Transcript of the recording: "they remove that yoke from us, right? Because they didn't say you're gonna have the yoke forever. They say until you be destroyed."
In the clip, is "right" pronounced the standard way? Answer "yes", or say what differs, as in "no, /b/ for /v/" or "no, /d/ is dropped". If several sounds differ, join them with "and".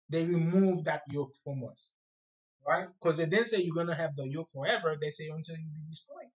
yes